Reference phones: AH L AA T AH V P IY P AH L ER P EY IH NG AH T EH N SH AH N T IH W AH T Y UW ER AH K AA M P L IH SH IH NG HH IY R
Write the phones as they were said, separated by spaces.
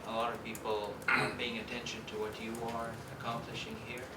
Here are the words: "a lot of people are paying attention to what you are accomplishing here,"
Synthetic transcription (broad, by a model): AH L AA T AH V P IY P L P EY IH NG AH T EH N SH AH N T IH W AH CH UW ER AH K AA M P L IH SH IH NG HH IY R